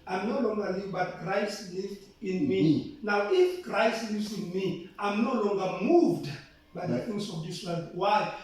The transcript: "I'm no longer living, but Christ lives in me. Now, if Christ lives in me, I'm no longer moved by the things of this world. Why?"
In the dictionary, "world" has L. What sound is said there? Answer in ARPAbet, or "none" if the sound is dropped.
none